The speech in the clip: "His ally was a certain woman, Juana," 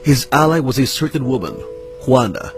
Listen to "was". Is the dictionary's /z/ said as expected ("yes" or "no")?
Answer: yes